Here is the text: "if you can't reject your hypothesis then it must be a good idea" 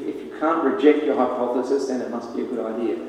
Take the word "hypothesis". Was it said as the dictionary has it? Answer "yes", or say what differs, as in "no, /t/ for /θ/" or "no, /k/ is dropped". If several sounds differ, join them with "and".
yes